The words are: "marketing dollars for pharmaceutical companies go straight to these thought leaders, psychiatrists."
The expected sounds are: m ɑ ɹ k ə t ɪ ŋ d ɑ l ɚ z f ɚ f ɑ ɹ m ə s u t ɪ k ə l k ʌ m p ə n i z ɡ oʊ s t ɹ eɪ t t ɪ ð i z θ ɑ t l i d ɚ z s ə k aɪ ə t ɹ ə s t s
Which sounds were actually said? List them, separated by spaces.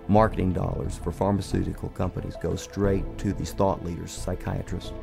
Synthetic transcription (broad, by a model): m ɑ ɹ k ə t ɪ ŋ d ɑ l ɚ z f ɚ f ɑ ɹ m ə s u t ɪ k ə l k ʌ m p ə n i z ɡ oʊ s t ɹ eɪ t t ɪ ð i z θ ɑ t l i d ɚ z s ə k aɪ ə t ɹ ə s s